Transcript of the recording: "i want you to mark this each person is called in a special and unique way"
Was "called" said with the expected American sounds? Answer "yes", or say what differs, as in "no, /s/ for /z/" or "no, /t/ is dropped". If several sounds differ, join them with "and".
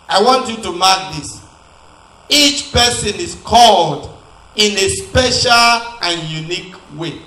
yes